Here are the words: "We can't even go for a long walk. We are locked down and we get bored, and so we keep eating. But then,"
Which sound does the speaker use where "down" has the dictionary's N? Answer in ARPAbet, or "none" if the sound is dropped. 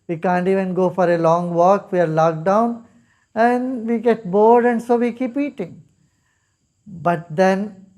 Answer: N